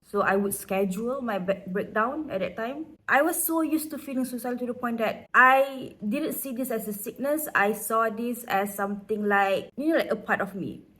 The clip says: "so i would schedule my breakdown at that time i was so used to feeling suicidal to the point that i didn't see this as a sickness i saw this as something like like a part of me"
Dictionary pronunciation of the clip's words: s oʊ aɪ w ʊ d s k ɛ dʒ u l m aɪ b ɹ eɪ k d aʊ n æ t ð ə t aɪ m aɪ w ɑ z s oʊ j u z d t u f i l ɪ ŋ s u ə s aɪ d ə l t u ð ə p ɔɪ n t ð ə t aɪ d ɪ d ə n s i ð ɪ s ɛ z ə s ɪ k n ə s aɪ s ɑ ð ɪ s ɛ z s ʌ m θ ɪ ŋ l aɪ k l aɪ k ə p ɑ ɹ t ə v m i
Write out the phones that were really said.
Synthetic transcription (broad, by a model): s oʊ aɪ w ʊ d s k ɛ dʒ u l m aɪ b ɹ eɪ k d aʊ n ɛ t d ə t aɪ m aɪ w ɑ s s oʊ j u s t u f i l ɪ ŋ s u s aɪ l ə t u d ə p ɔɪ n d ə t aɪ d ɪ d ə n s i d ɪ s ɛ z ə s ɪ k n ə s aɪ s ɑ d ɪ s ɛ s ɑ m t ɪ ŋ l aɪ k l aɪ k ə p ɑ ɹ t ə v m i